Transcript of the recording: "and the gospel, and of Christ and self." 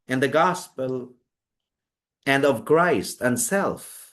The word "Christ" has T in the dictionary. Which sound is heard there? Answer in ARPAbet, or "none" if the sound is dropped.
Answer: T